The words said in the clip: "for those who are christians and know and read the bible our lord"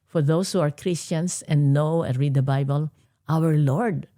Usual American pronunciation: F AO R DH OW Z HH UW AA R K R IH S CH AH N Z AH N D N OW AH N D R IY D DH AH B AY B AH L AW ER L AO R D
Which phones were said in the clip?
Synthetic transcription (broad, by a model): F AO R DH OW S HH UW AA R K R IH S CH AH N S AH N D N OW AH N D R IY D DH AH B AY B AH L AW ER L AO R D